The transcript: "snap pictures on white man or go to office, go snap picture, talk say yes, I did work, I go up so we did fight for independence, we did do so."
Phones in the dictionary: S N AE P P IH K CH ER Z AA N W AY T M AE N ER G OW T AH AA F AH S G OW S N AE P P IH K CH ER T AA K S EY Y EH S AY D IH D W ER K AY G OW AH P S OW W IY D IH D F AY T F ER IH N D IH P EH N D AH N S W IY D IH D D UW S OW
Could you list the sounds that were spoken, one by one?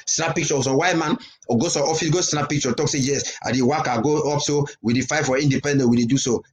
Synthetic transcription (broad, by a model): S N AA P P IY K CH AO S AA W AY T M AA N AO G OW S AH AA F AH S G OW S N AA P P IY K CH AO T AA K S EY Y EH S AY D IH W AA K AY G OW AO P S OW W IY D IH F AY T F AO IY N D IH P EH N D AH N W IY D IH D D UW S OW